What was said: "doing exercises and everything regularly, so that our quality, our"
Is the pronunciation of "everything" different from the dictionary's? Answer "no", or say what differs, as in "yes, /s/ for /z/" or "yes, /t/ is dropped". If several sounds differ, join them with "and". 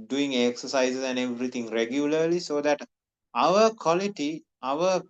yes, /t/ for /θ/